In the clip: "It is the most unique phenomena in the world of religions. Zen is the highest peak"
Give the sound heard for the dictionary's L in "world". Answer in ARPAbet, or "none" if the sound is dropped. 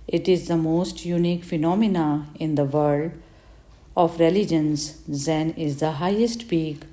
none